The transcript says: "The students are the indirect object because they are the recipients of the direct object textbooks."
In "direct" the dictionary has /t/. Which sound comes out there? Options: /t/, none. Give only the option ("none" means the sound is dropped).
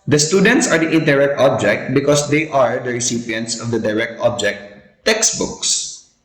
/t/